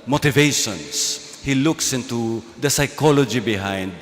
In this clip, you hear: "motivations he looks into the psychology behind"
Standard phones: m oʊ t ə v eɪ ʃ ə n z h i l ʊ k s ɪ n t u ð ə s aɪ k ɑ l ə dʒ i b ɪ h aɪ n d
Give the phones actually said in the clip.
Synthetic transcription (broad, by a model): m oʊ t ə v eɪ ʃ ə n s h i l ʊ k s ɪ n t u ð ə s aɪ k ɑ l ə dʒ i b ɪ h aɪ n d